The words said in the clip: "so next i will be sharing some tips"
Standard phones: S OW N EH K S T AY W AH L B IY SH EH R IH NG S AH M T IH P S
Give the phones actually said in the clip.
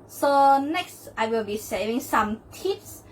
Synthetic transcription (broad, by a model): S OW N EH K S T AY W AH L B IY S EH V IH NG S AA M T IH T S